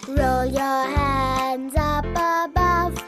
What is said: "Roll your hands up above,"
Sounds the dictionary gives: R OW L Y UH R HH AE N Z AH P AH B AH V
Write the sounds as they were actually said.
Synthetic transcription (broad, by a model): R OW L Y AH R HH AE N Z AH P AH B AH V